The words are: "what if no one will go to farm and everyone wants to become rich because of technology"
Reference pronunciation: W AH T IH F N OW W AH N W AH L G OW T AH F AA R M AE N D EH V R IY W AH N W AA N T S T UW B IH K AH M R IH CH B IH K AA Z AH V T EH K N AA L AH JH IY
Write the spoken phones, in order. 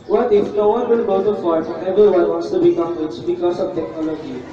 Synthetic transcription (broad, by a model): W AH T IH F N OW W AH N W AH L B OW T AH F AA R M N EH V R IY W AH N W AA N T S T UW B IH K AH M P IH S B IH K AA S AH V T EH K N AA L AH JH IY